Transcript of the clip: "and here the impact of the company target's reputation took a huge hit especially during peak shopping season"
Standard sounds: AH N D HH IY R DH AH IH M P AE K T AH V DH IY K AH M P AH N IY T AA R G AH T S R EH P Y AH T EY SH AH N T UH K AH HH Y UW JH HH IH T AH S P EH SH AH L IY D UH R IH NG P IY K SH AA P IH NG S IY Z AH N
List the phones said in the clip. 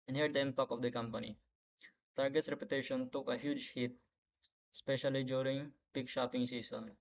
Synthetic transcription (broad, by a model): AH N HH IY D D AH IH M P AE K AH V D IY K AH M P AH N IY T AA R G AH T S R EH P Y AH T EY SH AH N T UH K AH HH Y UW JH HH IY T S P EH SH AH L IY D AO R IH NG P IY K SH AA P IH NG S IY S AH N